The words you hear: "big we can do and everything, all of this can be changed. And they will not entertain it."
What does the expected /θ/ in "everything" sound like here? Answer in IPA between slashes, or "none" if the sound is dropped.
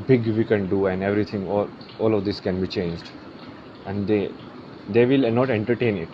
/t/